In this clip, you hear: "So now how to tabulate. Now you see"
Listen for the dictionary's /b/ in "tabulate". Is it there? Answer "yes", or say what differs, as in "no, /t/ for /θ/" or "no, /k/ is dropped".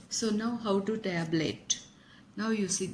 no, /b/ is dropped